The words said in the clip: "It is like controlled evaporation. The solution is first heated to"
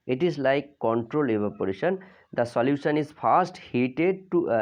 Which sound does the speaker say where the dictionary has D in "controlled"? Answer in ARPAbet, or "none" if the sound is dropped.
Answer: none